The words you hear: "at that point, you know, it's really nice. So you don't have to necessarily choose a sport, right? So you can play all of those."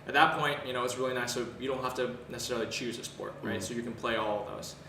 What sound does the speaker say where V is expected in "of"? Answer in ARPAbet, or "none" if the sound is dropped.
V